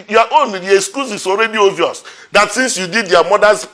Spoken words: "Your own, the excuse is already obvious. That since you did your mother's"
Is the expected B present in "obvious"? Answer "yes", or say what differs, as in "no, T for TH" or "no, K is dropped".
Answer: no, B is dropped